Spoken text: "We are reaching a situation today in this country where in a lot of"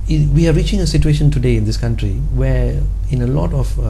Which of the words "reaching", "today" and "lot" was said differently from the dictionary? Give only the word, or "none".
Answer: none